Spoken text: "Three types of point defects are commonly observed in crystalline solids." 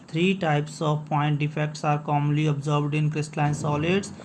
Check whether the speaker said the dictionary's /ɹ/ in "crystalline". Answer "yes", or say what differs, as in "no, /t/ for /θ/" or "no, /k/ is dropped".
yes